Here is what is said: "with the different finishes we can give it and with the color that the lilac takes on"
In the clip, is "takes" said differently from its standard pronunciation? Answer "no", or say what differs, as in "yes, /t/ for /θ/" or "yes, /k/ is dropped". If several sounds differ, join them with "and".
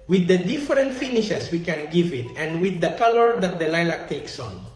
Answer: no